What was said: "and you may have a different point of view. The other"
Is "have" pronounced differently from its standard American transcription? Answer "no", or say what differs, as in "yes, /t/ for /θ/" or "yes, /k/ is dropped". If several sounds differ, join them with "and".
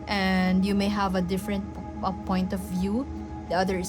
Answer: no